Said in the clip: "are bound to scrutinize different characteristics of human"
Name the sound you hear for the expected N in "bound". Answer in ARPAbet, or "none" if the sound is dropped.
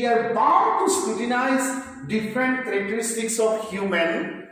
none